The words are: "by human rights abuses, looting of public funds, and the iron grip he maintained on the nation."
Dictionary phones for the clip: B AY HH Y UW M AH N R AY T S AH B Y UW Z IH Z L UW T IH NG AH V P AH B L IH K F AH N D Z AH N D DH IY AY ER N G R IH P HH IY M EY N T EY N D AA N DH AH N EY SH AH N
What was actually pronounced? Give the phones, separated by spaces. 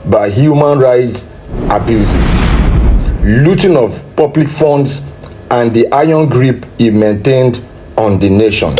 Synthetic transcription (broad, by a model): B AY HH Y UW M AH N R AY T S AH B Y UW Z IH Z L UW T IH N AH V P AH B L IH K F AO N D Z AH N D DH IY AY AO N G R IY P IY M EY N T EY N D AA N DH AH N EY SH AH N